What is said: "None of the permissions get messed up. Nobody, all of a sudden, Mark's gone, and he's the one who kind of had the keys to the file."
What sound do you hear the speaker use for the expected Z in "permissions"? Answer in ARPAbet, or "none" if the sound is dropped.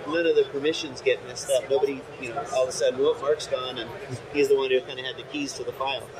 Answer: Z